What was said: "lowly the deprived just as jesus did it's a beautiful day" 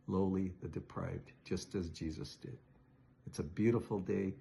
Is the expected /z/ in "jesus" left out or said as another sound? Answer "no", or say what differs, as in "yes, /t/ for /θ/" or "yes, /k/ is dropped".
no